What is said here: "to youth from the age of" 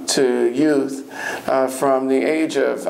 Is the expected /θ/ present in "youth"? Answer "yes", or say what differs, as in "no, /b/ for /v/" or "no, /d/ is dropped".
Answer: yes